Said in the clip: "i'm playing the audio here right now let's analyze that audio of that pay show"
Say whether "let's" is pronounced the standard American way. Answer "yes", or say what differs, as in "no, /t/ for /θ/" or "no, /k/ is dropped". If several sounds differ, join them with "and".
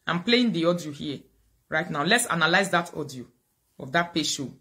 yes